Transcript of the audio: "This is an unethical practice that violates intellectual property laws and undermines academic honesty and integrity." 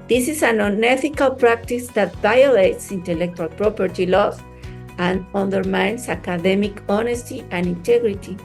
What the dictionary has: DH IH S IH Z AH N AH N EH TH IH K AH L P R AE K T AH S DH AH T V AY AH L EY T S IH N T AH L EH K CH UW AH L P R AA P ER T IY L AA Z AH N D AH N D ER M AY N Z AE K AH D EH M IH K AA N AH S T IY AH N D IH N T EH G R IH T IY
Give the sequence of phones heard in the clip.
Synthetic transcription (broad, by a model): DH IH S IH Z AH N AH N EH TH IH K AH L P R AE K T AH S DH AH T V AY AH L EY T S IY N T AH L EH K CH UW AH L P R AA P ER T IY L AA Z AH N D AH N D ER M AY N S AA K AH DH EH M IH K AA N AH S T IY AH N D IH N T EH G R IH T IY